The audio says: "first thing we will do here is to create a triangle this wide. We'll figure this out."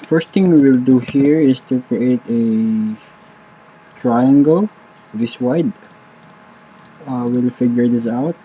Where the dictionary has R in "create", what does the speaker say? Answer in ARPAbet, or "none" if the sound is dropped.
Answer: R